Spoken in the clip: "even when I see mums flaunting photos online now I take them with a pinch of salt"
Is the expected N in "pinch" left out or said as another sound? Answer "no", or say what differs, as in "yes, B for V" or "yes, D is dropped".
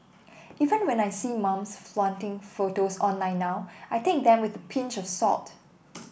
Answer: no